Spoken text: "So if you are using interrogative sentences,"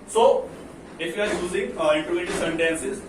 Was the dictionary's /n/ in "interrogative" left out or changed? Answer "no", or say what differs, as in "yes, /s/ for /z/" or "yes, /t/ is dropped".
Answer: yes, /n/ is dropped